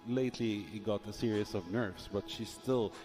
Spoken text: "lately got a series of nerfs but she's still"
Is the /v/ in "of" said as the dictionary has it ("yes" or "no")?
yes